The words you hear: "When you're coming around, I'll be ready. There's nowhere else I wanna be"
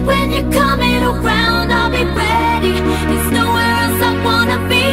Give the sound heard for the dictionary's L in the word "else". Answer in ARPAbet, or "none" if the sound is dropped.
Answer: none